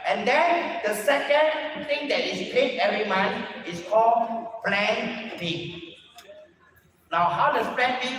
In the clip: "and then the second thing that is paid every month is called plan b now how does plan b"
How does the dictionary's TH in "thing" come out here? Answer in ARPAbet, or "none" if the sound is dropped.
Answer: T